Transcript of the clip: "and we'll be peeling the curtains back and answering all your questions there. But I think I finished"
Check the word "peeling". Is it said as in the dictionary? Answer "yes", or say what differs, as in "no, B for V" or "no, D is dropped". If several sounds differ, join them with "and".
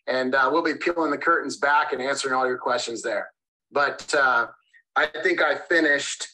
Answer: yes